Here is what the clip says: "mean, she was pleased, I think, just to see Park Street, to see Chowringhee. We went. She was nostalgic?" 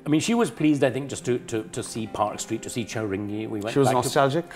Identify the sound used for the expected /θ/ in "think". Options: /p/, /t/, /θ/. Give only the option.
/θ/